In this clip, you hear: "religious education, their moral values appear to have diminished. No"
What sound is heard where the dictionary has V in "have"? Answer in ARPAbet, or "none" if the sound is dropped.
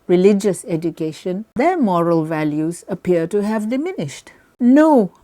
V